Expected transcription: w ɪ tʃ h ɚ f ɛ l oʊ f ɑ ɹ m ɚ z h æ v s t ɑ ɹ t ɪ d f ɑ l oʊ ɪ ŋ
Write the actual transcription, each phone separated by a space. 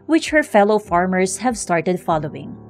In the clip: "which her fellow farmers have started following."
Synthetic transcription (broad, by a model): w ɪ tʃ h ɚ f ɛ l oʊ f ɑ ɹ m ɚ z h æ v s t ɑ ɹ t ɪ d f ɑ l oʊ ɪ ŋ